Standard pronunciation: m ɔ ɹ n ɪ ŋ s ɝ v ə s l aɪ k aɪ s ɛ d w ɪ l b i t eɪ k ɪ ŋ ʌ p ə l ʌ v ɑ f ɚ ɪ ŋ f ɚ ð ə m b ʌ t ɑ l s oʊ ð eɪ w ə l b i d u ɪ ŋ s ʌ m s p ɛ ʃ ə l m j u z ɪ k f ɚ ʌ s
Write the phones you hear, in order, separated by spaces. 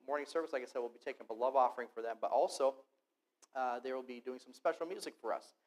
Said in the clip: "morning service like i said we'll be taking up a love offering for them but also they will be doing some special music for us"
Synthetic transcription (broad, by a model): m ɔ ɹ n ɪ ŋ s ɝ v ə s l aɪ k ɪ s ɛ d w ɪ l b i t eɪ k ɪ ŋ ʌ b ə l ʌ v ɑ f ɚ ɪ ŋ f ɚ ð ə m b ʌ t ɑ l s oʊ ð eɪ w ə l b i d u ɪ ŋ s ʌ m s p ɛ ʃ l m j u z ɪ k f ɚ ʌ s